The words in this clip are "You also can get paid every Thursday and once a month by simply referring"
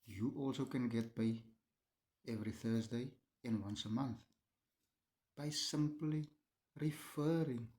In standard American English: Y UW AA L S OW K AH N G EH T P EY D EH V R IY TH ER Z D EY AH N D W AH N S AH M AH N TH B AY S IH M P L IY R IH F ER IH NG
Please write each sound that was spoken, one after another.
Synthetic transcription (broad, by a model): Y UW AA L S OW K AH N G EH T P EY EH V R IY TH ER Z D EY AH N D W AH N S AH M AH N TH B AY S IH M P L IY R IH F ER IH NG